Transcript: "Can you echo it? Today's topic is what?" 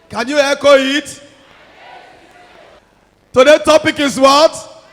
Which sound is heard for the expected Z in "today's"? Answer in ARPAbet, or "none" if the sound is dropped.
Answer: none